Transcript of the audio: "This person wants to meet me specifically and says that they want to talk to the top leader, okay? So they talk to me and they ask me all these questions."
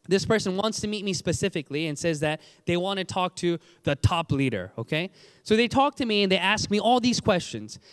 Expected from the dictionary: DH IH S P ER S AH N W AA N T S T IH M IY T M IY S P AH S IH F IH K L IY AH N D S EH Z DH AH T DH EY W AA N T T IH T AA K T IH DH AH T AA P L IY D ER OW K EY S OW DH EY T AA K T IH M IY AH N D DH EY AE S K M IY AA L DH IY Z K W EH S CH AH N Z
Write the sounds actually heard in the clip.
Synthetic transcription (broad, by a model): DH IH S P ER S AH N W AA N T S T IH M IY T M IY S P AH S IH F IH K L IY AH N S EH Z DH AH T DH EY W AA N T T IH T AA K T IH DH AH T AA P L IY D ER OW K EY S OW DH EY T AA K T IH M IY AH N DH EY AE S K M IY AA L DH IY Z K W EH S CH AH N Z